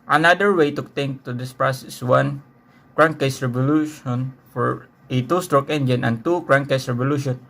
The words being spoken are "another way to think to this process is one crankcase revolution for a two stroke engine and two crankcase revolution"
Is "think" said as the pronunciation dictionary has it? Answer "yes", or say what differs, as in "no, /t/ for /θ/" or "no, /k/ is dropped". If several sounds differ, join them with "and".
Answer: no, /t/ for /θ/